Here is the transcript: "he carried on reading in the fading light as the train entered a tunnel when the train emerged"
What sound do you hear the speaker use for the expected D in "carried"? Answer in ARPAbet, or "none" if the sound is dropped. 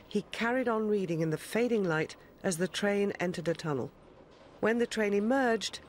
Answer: D